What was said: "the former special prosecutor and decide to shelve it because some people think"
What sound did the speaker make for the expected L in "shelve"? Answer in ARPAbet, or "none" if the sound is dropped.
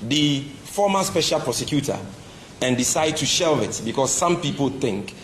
L